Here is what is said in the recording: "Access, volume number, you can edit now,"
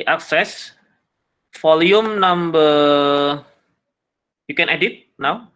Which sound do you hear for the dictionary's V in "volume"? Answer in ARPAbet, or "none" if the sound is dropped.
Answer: F